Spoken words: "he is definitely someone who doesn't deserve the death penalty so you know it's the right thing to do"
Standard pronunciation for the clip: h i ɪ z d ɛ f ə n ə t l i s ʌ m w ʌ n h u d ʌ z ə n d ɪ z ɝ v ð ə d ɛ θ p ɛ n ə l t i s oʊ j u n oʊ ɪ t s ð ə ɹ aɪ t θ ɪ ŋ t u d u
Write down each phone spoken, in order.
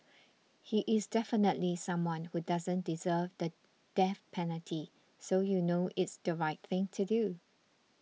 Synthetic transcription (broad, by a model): h i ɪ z d ɛ f ə n ə t l i s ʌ m w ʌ n h u d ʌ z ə n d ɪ z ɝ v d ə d ɛ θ p ɛ n ə l t i s oʊ j u n oʊ ɪ t s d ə ɹ aɪ t θ ɪ ŋ t u d u